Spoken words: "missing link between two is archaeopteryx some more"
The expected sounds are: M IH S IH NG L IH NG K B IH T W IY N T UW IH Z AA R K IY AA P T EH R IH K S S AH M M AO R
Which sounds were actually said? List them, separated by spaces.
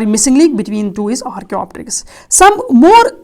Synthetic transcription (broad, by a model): M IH S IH NG L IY K B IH T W IY N T UW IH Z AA R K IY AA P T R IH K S S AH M M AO R